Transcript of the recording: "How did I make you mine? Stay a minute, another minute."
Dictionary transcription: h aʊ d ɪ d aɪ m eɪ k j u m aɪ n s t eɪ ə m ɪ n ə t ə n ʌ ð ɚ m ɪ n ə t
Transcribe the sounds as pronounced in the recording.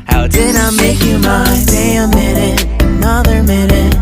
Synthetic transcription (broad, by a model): h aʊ d ɪ d aɪ m eɪ k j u m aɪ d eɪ ə m ɪ n ə t ə n ʌ ð ɚ m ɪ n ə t